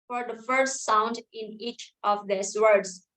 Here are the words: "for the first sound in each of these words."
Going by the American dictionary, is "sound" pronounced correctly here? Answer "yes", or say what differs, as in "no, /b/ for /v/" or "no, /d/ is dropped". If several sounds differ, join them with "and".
yes